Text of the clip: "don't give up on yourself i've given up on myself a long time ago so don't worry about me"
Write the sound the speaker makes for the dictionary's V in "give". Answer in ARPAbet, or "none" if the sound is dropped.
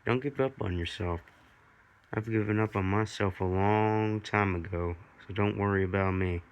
P